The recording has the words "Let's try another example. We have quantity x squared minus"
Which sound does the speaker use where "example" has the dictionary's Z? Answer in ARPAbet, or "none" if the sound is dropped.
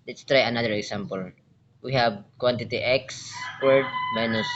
S